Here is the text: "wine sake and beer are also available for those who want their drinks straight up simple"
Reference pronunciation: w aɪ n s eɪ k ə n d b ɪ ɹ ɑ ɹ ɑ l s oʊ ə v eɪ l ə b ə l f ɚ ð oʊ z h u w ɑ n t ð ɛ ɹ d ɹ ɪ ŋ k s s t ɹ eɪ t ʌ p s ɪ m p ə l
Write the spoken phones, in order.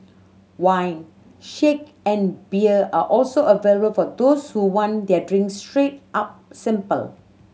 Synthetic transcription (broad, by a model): w aɪ n ʃ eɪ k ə n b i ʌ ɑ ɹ ɑ l s oʊ ə v eɪ l ə b ə l f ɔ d oʊ s h u w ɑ n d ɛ d ɹ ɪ ŋ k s s t ɹ eɪ t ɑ p s ɪ m p ə l